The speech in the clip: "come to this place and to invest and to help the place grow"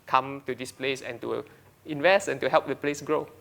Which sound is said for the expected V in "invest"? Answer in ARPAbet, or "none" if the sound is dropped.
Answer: V